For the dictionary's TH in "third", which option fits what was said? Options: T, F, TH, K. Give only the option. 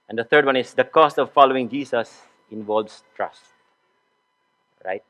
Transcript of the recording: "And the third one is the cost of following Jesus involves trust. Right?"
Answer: T